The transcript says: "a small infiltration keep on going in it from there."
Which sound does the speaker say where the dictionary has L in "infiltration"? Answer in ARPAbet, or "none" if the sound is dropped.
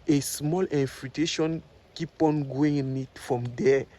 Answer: none